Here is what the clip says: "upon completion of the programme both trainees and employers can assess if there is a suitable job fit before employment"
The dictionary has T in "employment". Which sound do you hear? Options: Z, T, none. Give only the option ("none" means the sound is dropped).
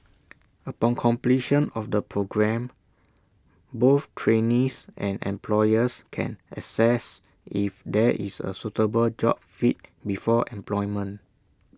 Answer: none